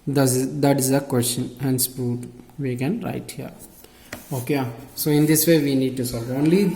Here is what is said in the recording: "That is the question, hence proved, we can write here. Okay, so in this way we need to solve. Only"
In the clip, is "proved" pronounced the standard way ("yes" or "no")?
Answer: no